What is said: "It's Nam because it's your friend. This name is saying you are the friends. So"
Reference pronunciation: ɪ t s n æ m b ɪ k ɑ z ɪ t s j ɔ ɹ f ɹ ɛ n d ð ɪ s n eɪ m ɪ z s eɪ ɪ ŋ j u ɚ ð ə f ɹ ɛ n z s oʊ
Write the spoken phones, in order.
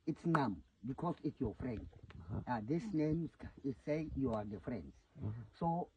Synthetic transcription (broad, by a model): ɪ t s n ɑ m b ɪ k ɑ s ɪ t s j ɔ f ɹ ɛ n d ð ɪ s n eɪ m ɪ s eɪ j u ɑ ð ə f ɹ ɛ n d s oʊ